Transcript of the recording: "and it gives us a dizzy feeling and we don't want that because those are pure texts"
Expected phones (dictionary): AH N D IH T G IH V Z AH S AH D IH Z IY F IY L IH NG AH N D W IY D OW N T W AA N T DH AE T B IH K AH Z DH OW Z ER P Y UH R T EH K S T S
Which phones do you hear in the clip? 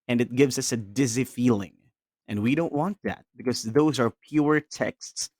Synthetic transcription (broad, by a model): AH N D IH T G IH V Z AH S AH D IH Z IY F IY L IH NG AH N W IY D OW N T W AA N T DH AE T B IH K AH Z DH OW Z ER P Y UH R T EH K S T S